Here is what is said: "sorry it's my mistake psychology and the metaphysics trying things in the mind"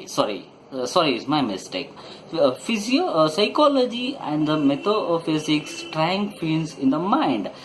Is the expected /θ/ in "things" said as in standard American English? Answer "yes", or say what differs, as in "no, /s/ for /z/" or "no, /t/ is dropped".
no, /f/ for /θ/